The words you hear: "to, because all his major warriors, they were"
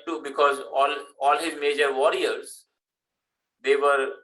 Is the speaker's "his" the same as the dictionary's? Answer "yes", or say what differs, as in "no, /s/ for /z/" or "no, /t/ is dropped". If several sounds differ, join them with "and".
yes